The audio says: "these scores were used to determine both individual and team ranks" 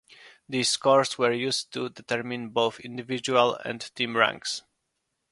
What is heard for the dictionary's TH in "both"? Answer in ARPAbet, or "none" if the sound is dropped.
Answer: TH